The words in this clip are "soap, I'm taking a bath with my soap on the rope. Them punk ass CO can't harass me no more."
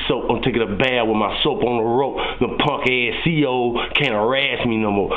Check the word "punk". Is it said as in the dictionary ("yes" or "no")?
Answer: yes